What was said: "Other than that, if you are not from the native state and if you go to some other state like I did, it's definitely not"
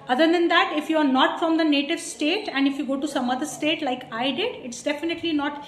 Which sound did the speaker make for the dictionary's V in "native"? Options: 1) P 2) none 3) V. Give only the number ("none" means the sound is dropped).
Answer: 3